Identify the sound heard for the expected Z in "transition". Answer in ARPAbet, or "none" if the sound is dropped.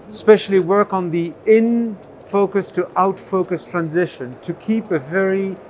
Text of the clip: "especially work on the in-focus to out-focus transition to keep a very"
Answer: Z